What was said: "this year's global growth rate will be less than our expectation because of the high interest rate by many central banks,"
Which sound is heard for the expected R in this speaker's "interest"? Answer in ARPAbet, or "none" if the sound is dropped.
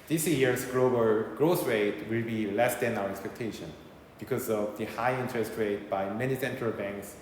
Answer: R